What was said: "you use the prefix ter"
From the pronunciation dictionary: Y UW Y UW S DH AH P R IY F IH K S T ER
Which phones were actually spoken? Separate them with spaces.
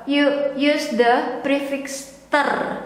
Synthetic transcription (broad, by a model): Y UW Y UW S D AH P R IY F IH K S T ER